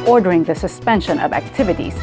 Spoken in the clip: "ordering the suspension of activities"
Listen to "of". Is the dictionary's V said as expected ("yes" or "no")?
yes